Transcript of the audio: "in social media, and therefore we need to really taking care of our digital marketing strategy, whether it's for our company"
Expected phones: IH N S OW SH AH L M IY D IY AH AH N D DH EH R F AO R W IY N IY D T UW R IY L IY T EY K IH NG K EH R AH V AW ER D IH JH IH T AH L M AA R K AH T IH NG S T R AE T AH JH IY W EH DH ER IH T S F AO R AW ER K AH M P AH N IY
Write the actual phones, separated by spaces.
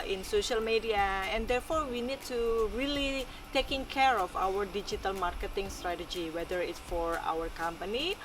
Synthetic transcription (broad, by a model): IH N S OW SH AH L M IY D IY AH AH N D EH R F AO R W IY N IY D T UW R IY L IY T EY K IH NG K EH R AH F AW ER D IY JH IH T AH L M AA R K AH T IH NG S T R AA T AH JH IY W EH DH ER IH T S F AO R AW ER K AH M P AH N IY